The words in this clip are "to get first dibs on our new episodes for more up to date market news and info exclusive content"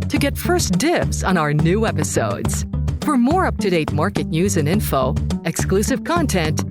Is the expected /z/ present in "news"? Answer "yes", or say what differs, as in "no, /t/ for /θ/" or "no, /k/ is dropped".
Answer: yes